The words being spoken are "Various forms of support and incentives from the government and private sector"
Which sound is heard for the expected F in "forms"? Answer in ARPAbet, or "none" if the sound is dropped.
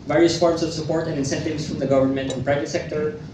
P